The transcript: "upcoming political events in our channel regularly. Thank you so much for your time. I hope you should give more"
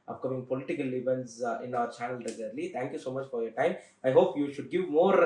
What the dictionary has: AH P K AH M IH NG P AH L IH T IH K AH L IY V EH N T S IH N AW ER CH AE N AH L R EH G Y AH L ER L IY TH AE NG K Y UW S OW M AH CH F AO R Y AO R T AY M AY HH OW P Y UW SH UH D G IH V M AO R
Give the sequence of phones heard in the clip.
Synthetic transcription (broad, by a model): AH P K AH M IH NG P AH L IH T IH K AH L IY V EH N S IH N AW ER CH AE N AH L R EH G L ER L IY T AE NG K Y UW S OW M AH CH F AO R Y AO R T AY M AY HH OW P Y UW SH UH D G IH V M AO R